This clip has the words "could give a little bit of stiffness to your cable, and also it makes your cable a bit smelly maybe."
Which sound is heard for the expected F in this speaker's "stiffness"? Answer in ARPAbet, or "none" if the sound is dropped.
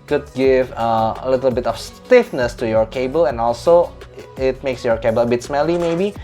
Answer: F